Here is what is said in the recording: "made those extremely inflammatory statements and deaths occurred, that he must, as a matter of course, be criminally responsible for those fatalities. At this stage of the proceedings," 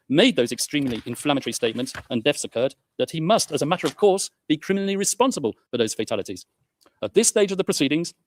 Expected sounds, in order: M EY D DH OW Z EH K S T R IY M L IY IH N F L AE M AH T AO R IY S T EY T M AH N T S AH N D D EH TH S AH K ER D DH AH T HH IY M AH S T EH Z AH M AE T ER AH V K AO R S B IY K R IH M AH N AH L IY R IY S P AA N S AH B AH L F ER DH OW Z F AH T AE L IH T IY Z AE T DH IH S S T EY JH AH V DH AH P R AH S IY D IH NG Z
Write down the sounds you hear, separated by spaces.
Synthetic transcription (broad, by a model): M EY D DH OW Z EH K S T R IY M L IY IH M F L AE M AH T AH R IY S T EY T M AH N T S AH N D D EH F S AH K ER D DH AH T HH IY M AH S T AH Z AH M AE T ER AH V K AO R S B IY K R IH M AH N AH L IY R IY S P AA N S AH B AH L F ER DH OW Z F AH T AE L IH T IY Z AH T DH IH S S T EY JH AH V DH AH P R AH S IY D IH NG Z